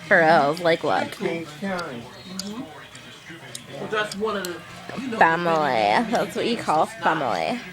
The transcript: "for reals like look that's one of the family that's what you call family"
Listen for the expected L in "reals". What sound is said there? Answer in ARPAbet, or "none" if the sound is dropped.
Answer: none